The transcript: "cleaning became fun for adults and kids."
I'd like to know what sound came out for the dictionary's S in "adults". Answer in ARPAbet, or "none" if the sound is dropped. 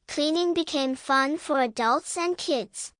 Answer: S